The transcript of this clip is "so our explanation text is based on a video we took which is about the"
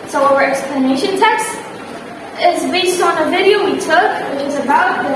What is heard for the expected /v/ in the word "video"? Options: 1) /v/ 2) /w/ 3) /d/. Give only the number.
1